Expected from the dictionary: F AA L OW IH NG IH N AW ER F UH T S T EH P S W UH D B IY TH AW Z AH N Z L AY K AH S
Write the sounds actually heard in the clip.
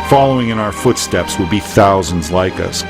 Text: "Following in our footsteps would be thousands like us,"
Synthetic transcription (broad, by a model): F AA L OW IH NG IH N AW ER F UH T S T EH P S W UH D B IY TH AW Z AH N Z L AY K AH S